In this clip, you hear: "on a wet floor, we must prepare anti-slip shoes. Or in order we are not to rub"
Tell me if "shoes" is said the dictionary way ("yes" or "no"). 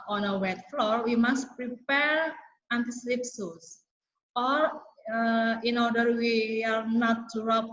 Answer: no